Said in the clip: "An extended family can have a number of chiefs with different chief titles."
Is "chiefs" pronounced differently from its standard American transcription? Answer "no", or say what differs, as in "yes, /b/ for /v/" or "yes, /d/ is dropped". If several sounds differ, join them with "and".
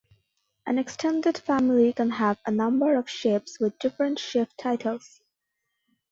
yes, /ʃ/ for /tʃ/ and /p/ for /f/